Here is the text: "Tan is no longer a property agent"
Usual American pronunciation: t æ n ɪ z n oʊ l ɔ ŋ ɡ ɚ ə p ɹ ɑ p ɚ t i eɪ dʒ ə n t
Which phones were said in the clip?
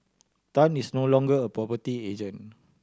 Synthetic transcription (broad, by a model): t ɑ n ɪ s n oʊ l ɔ ŋ ɡ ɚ ə p ɹ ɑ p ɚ t i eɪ dʒ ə n